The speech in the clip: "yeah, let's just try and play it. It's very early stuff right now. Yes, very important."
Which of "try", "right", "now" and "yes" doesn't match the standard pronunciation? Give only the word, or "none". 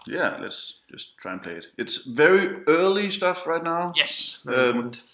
none